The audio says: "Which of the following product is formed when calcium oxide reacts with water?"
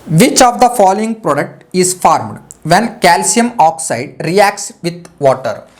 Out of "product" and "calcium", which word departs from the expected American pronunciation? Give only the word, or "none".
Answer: none